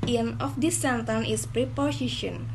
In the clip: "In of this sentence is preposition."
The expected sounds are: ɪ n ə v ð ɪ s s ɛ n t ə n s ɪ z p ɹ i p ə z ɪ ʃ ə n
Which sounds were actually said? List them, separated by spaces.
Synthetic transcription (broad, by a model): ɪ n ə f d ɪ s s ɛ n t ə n ɪ s p ɹ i p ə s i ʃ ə n